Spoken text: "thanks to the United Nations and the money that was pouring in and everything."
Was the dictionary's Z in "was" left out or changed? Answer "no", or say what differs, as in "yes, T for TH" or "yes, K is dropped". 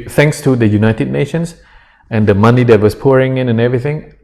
yes, S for Z